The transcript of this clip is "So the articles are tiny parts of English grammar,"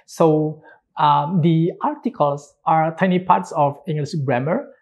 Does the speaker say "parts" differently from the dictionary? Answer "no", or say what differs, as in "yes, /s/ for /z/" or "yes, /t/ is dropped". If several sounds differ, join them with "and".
no